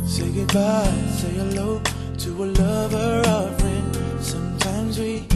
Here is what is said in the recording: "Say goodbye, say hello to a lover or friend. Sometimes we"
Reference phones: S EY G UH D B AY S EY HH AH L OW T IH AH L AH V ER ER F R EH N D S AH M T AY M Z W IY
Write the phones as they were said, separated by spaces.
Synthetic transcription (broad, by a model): S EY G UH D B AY S EY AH L OW T IH AH L AH V ER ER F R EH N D S AH M T AY M Z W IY